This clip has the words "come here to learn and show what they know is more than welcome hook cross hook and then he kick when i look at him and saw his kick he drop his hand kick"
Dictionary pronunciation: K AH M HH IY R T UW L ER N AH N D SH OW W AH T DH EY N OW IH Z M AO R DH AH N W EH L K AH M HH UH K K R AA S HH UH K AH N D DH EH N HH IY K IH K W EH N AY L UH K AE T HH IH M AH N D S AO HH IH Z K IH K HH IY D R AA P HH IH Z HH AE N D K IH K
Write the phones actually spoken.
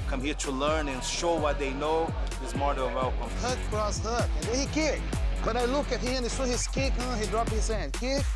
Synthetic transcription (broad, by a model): K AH M HH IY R T UW L ER N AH N SH OW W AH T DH EY N OW IH Z M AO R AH L W EH L K AH M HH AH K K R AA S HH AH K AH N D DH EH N HH IY K IH K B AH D AY L UH K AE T HH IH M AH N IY S AO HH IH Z K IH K HH IY D R AA P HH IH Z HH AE N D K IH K